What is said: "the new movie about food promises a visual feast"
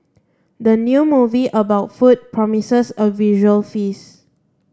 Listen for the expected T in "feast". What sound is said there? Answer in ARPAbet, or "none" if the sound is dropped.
none